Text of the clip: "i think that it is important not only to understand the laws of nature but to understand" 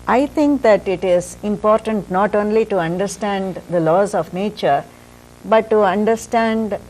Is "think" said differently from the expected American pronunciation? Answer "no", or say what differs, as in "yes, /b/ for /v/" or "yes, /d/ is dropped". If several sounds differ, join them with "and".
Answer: yes, /t/ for /θ/